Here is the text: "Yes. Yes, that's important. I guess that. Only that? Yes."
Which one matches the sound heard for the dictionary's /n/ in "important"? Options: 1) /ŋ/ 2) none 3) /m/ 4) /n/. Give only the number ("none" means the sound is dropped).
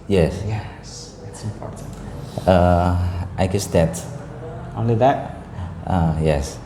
2